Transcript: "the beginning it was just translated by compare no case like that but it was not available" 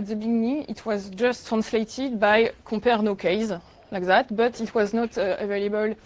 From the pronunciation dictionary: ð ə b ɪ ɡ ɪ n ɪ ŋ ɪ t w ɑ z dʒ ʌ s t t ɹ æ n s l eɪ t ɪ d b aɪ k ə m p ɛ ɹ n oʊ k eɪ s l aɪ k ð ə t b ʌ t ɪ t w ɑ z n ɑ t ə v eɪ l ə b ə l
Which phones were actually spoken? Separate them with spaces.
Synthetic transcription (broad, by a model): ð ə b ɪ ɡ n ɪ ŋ ɪ t w ɑ z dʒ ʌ s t t ɹ æ n s l eɪ t ɪ d b aɪ k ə p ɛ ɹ n oʊ k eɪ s l aɪ k ð ə t b ʌ t ɪ t w ɑ z n ɑ t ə v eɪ l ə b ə l